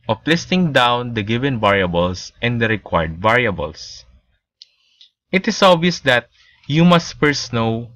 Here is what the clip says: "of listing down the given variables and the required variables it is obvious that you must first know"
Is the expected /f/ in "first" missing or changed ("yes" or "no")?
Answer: yes